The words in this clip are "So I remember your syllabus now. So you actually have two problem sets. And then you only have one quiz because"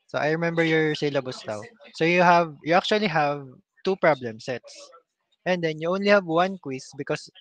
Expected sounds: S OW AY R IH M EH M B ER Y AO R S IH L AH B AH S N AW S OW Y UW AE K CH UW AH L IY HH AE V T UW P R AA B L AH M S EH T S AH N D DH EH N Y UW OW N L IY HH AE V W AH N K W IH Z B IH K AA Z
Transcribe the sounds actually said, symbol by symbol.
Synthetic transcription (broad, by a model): S OW AY R IH M EH M B ER Y AO R S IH L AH B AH S L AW S OW Y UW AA K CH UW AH L IY HH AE V T UW P R AA B L AH M S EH T S AH N D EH N Y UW OW N L IY HH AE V W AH N K W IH S B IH K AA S